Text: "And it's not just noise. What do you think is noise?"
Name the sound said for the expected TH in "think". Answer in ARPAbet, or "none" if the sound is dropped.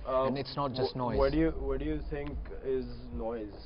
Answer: T